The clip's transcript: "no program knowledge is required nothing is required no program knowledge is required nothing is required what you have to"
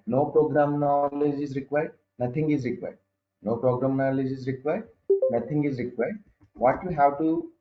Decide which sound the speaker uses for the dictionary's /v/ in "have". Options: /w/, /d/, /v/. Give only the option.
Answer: /w/